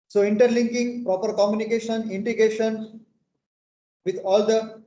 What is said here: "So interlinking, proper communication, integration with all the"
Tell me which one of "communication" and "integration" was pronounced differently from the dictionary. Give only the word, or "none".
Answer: integration